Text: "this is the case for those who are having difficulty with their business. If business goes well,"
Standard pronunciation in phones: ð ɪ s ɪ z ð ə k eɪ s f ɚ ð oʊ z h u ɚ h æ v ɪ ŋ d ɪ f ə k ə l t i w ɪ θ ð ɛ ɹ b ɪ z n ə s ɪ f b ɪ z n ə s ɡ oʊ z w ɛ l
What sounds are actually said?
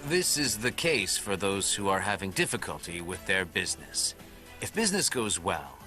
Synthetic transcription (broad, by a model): ð ɪ s ɪ z ð ə k eɪ s f ɚ ð oʊ z h u ɚ h æ v ɪ ŋ d ɪ f ə k ə l t i w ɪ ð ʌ ɹ b ɪ z n ə s ɪ f b ɪ z n ə s ɡ oʊ z w ɛ l